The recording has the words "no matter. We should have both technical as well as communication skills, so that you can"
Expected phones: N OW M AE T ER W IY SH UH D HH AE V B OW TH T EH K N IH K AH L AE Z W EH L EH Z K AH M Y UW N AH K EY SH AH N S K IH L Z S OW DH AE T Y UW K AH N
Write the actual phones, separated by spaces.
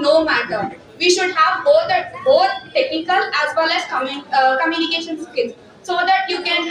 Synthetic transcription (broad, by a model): N OW M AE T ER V IY SH UH D HH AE V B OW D T EH K N IH K AH L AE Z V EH L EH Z K AH M Y UW N AH K EY SH AH N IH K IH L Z S OW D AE T Y UW K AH N